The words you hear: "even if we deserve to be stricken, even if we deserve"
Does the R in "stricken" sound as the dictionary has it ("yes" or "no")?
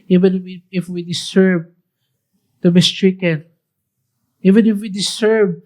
yes